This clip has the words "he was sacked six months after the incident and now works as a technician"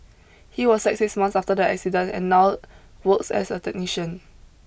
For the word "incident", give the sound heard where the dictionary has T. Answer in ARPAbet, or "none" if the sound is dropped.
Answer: none